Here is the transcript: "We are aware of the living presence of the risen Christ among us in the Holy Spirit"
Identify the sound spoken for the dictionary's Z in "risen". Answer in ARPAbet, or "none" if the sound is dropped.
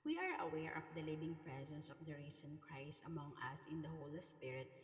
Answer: S